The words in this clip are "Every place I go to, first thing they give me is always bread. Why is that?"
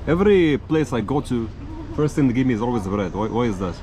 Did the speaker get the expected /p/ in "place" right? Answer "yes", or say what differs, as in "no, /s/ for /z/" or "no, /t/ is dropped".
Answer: yes